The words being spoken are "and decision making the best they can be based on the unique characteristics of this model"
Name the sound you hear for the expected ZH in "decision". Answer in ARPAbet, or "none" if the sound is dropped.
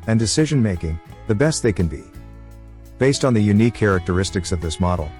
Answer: ZH